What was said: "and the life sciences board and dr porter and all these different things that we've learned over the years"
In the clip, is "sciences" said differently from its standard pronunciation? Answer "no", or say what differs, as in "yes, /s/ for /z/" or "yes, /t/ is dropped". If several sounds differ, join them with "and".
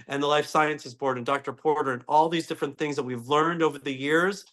no